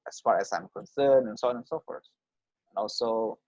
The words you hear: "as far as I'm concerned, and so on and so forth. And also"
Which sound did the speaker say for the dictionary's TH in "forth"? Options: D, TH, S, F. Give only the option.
S